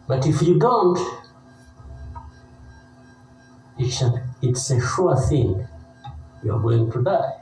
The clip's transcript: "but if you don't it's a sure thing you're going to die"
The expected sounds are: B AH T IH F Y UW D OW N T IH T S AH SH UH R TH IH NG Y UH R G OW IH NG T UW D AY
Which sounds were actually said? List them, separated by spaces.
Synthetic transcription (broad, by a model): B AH T IH F Y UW D OW N T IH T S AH S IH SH TH IH NG Y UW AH G OW IH NG T UW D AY